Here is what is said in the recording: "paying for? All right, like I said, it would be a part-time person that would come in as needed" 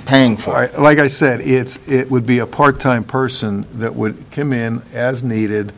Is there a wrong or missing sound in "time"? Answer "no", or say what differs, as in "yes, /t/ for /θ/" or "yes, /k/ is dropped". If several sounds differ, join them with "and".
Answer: no